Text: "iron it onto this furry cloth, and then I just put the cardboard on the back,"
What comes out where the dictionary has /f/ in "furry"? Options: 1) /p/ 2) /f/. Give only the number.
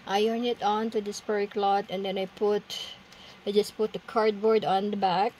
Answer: 1